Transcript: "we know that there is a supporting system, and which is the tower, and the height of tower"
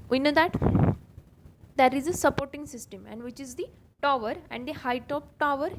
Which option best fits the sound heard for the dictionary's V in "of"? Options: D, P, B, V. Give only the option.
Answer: P